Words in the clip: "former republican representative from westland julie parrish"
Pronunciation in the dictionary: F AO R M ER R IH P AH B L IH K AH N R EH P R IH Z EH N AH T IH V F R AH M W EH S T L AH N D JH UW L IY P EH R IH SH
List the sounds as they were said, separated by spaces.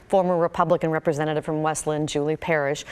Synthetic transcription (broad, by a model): F AO R M ER R IH P AH B L IH K AH N R EH P R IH Z EH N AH T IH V F R AH M W EH S T L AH N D JH UW L IY P EH R IH SH